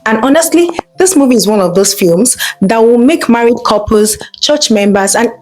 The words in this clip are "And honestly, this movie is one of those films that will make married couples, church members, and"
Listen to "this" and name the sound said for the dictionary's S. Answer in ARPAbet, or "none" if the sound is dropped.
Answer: S